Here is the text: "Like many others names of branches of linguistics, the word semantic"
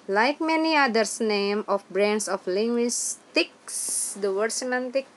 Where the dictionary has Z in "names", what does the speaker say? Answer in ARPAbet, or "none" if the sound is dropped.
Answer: none